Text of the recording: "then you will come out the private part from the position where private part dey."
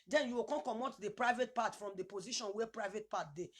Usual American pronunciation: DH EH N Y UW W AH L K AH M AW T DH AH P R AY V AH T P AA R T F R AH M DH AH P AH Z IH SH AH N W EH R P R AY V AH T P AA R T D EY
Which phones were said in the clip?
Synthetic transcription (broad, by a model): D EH N Y UW W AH N K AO M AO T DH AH P R AY V AH T P AA T F R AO M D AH P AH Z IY SH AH N W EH P R AY V AH T P AA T D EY